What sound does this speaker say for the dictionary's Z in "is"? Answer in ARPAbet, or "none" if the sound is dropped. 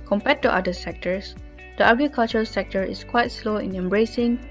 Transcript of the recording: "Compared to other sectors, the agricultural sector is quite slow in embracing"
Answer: S